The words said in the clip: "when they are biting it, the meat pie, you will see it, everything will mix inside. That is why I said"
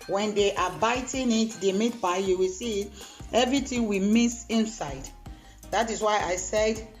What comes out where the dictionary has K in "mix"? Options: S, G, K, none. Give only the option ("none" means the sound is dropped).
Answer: none